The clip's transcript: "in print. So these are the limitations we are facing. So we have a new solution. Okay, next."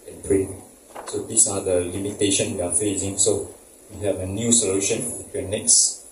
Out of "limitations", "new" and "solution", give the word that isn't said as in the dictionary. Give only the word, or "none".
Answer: limitations